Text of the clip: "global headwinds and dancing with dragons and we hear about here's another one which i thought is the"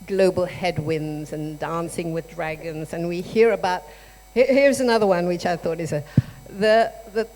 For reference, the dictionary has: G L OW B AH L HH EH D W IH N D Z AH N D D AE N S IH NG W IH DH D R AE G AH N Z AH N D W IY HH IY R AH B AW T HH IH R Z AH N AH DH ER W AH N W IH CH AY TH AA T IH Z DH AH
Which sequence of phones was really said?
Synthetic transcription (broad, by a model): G L OW B L HH EH D W IH N Z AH N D D AE N S IH NG W IH DH D R AE G AH N Z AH N W IY HH IY R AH B AW T HH IH R Z AH N AH DH ER W AH N W IH CH AY TH AA T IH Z DH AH